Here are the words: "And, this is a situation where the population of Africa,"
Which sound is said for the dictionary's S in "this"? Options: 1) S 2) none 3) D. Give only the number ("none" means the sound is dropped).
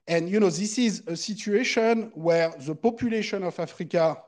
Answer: 1